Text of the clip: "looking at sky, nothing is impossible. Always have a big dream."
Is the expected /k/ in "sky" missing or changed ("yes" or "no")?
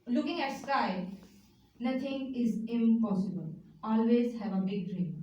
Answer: yes